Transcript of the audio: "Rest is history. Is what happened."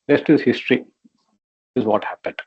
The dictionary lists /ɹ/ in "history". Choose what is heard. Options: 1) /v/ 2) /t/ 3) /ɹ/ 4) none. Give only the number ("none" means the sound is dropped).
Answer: 3